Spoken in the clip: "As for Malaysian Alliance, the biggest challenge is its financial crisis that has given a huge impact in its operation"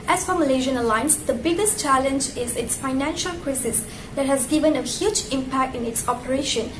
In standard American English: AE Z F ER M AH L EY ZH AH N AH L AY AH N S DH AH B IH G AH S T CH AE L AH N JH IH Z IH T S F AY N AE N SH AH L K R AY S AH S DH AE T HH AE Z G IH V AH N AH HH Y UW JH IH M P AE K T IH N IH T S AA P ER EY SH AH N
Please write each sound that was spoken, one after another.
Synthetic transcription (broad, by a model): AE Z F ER M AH L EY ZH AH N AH L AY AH N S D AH B IH G AH S T CH AE L AH N JH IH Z IH T S F AY N AE N SH AH L K R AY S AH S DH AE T HH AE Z G IH V AH N AH HH Y UW JH IH M P AE K T IH N IH T S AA P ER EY SH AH N